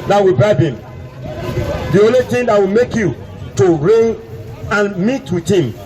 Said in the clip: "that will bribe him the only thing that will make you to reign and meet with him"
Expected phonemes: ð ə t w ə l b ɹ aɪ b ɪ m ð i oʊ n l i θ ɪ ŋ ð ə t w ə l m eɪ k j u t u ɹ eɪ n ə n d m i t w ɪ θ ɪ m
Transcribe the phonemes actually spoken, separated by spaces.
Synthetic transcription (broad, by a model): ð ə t w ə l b aɪ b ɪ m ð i oʊ n l i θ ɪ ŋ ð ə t w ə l m eɪ k j u t u ɹ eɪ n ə n m i t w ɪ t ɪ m